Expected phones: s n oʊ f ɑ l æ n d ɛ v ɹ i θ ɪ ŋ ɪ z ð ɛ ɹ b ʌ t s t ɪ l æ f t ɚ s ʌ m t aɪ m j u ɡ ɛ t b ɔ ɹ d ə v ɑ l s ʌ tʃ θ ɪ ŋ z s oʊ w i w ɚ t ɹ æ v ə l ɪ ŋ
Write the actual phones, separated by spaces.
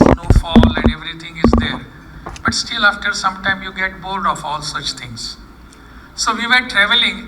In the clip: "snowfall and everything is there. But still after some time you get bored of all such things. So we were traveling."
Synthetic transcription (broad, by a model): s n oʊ f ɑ l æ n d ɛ v ɹ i t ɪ ŋ ɪ z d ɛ ɹ b ʌ t s t ɪ l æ f t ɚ s ʌ m t aɪ m j u ɡ ɛ t b ɔ l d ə f ɑ l s ʌ tʃ t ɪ ŋ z s oʊ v i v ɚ t ɹ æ v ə l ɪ ŋ